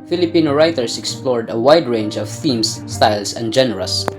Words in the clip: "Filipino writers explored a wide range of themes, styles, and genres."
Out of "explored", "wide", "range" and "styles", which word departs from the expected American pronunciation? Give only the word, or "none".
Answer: styles